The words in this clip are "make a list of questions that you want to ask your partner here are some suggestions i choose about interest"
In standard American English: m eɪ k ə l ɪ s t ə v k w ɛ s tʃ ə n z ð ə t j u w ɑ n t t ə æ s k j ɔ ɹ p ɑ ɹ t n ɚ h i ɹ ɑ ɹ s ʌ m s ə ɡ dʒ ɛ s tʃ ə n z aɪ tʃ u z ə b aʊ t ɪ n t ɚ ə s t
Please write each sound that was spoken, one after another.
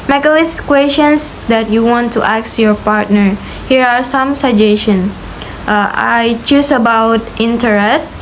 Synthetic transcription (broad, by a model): m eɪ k ə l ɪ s k w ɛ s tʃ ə n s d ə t j u w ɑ n t t ə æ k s j ɔ ɹ p ɑ ɹ t n ɚ h i ɹ ɑ ɹ s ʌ m s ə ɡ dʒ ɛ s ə n aɪ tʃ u s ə b aʊ t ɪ n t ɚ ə s t